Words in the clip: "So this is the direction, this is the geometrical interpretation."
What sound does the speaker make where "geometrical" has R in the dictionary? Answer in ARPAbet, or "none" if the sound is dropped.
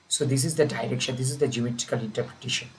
none